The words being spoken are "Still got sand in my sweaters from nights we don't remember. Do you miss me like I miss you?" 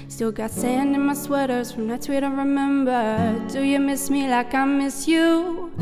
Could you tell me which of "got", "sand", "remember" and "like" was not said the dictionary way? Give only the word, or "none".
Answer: none